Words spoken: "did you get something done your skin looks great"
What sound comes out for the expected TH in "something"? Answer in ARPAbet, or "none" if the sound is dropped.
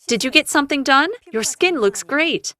TH